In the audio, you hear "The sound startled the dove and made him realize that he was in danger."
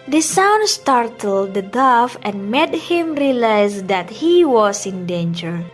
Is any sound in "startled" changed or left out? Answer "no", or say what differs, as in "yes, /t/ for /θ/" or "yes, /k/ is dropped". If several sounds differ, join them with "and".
no